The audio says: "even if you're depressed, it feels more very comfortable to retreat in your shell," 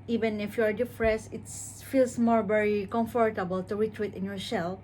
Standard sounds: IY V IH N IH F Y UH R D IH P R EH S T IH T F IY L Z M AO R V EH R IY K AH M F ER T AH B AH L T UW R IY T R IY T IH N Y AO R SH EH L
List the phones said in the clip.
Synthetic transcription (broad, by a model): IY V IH N IH F Y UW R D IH F R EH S IH T F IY L S M AO R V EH R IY K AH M F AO T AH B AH L T UW R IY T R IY T IH N Y AO R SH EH L